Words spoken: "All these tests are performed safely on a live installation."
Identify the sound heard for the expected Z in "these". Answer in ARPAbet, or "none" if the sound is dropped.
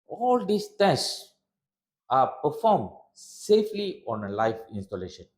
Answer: S